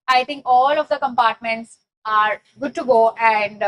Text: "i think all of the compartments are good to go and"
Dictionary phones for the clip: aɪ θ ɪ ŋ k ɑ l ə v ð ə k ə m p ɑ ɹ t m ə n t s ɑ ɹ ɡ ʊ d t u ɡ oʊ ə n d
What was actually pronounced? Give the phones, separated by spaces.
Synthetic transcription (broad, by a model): aɪ t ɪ ŋ k ɑ l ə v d ə k ə m p ɑ ɹ t m ə n t s ɑ ɹ ɡ ʊ d t u ɡ oʊ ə n d